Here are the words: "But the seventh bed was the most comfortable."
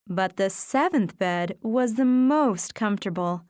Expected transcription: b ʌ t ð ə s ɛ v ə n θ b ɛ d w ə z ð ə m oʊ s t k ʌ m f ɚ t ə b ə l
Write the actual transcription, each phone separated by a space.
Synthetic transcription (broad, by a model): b ʌ t ð ə s ɛ v ə n θ b ɛ d w ə z ð ə m oʊ s t k ʌ m f t ə b l